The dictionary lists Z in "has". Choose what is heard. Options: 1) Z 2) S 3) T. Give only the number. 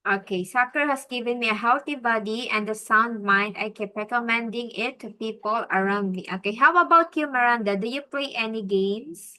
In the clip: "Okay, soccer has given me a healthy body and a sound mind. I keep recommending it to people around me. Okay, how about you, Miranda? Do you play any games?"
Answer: 2